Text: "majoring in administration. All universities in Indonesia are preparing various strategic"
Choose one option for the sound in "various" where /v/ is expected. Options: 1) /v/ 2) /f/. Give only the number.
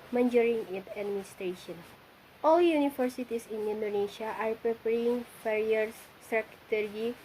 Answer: 2